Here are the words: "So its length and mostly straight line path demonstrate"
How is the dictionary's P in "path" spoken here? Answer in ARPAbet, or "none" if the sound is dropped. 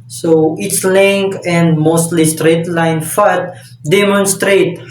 F